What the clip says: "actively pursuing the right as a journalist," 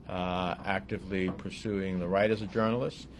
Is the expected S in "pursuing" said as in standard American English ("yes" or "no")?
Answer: yes